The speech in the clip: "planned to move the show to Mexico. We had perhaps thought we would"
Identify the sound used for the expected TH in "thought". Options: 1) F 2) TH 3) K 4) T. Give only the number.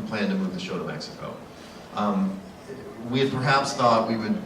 2